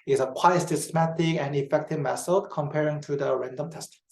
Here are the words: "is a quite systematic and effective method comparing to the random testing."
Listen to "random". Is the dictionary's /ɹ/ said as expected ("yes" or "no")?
yes